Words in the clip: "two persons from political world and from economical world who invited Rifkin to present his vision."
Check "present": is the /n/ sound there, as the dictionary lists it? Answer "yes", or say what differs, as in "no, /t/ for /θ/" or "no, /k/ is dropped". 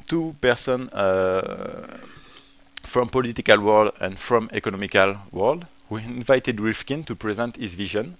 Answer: yes